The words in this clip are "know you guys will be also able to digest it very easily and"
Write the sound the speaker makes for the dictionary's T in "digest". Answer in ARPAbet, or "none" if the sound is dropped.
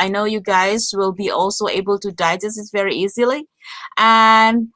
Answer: none